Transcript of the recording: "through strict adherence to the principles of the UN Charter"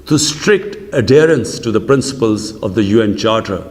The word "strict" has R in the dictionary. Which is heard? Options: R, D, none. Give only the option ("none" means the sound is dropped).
R